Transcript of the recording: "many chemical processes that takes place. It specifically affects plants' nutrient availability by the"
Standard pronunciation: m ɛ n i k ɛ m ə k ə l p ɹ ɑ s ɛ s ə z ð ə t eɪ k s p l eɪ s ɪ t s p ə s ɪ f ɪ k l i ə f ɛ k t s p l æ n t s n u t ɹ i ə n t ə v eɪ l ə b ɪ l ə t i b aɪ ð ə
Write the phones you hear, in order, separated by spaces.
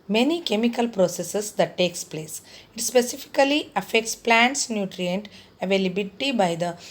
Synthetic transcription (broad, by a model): m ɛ n i k ɛ m ə k ə l p ɹ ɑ s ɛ s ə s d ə t eɪ k s p l eɪ s ɪ t s p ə s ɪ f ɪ k l i ə f ɛ k t s p l æ n t s n u t ɹ i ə n t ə v eɪ l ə b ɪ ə t i b aɪ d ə